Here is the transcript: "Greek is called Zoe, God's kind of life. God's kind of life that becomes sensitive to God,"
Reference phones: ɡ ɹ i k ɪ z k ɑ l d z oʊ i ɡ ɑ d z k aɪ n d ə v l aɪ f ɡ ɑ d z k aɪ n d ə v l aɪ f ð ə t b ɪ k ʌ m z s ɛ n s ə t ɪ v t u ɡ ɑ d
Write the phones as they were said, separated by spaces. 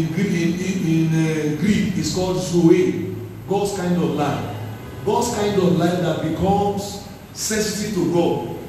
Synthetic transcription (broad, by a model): ɡ ɹ i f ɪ s k ɑ l d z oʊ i ɡ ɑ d s k aɪ n d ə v l aɪ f ɡ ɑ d s k aɪ n d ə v l aɪ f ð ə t b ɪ k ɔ m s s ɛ s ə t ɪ t u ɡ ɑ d